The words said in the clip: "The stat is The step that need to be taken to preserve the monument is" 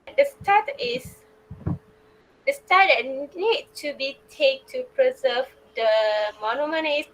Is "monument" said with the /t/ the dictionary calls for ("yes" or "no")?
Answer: no